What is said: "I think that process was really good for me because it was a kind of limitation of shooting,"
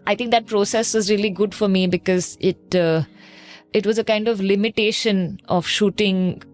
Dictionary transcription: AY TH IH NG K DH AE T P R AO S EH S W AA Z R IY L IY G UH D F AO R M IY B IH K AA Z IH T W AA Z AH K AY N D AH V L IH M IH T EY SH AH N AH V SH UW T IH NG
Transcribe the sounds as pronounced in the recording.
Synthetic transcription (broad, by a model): AY T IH NG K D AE T P R AO S EH S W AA Z R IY L IY G UH D F AO R M IY B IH K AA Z IH T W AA Z AH K AY N D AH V L IH M IH T EY SH AH N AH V SH UW T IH NG